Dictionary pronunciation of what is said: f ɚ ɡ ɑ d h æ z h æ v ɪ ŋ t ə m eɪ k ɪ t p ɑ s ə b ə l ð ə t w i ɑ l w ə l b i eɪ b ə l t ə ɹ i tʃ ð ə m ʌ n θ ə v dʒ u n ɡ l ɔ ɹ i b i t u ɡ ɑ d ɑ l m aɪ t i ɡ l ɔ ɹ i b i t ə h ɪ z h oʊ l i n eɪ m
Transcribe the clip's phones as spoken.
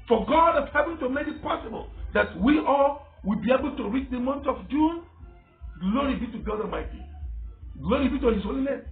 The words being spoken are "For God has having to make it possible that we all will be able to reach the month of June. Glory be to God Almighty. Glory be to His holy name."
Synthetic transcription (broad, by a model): f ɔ ɡ ɑ d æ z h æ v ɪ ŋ t ə m eɪ k ɪ t p ɑ s ə b ə l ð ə t w i ɑ l w ə l b i eɪ b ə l t ə ɹ i tʃ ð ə m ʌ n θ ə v dʒ u n ɡ l ɔ ɹ i b i t u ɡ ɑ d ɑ m aɪ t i ɡ l ɔ ɹ i b i t ə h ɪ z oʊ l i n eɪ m